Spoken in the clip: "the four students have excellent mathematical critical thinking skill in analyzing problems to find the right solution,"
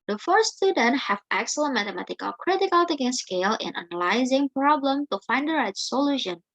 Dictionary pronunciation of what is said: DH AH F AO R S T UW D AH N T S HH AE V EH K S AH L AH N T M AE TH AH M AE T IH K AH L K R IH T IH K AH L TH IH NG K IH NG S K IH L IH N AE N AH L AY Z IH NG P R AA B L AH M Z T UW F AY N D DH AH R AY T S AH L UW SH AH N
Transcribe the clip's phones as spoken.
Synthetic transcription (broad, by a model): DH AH F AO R S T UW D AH N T HH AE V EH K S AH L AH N M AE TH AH M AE T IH K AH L K R IH T IH K AH L T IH K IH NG S K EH L IH N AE N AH L AY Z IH NG P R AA B L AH M T UW F AY N D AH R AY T S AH L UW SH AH N